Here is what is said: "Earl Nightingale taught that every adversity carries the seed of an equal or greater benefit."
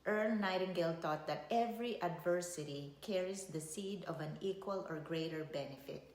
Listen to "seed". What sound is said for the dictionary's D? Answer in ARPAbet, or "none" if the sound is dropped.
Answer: D